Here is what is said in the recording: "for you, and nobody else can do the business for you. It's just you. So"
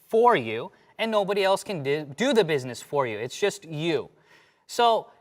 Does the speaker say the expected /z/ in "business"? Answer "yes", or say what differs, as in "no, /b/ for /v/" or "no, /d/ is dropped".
yes